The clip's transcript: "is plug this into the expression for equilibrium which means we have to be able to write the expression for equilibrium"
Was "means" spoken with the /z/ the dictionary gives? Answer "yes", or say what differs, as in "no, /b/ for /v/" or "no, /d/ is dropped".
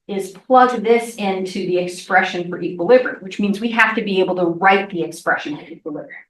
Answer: yes